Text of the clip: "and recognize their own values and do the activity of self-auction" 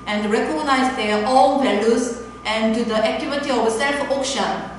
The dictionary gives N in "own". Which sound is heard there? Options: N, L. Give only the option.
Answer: L